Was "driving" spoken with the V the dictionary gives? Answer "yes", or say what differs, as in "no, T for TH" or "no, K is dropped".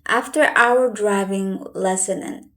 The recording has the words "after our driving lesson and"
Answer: yes